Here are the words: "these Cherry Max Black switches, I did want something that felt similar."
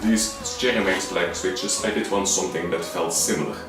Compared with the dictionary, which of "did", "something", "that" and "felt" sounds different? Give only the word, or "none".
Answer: none